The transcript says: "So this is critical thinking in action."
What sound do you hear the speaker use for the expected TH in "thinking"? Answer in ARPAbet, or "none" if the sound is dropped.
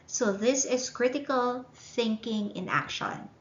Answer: TH